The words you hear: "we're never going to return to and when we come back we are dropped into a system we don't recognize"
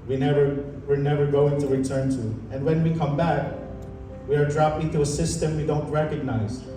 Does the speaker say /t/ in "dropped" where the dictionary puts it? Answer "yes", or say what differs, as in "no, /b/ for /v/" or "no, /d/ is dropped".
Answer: no, /t/ is dropped